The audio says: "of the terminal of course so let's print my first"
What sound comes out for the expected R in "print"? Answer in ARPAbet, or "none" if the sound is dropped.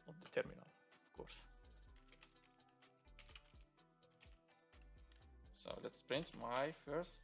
R